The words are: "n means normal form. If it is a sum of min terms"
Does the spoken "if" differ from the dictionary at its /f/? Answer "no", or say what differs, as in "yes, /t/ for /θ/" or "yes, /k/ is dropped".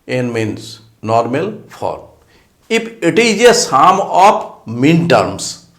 yes, /p/ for /f/